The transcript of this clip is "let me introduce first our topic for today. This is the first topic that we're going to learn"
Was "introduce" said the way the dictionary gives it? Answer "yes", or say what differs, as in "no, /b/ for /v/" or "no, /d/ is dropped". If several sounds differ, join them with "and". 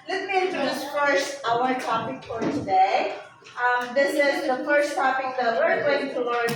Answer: no, /ɹ/ is dropped